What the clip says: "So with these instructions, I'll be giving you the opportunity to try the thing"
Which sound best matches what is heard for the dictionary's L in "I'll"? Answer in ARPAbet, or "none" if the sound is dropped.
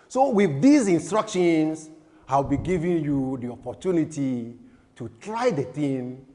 W